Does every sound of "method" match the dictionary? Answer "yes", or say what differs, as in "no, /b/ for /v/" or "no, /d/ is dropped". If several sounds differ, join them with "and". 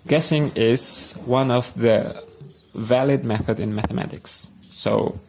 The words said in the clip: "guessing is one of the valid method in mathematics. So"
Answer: yes